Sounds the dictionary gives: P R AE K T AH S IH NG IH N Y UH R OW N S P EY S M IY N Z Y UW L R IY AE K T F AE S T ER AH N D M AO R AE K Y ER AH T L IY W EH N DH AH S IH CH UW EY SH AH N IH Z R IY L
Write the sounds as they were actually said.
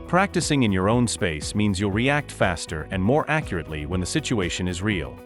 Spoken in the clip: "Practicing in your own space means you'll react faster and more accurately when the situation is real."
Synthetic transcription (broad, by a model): P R AE K T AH S IH NG IH N Y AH R OW N S P EY S M IY N Z Y UW L R IY AE K T F AE S T ER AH N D M AO R AE K Y ER AH T L IY W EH N DH AH S IH CH UW EY SH AH N IH Z R IY L